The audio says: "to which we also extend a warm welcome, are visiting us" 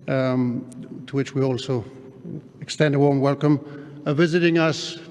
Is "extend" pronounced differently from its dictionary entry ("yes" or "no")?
no